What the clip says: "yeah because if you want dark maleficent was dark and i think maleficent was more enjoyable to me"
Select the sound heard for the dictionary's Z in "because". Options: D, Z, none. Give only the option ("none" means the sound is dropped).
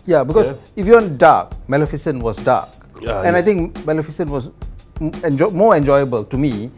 none